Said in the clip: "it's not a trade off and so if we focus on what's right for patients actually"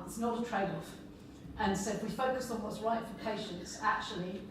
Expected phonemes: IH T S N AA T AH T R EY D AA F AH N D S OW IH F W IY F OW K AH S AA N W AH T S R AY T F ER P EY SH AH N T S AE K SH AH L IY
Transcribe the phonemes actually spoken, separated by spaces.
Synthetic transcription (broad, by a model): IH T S N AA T AH T R EY D AA F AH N S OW IH F W IY F OW K AH S N W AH T S R AY T F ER P EY SH AH N T S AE K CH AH L IY